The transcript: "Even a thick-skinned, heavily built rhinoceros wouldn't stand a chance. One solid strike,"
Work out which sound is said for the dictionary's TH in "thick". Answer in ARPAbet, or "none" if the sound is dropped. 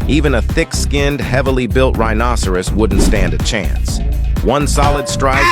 TH